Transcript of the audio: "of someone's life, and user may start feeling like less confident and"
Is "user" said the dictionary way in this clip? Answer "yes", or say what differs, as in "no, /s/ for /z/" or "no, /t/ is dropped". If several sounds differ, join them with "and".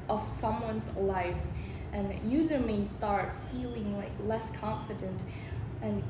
yes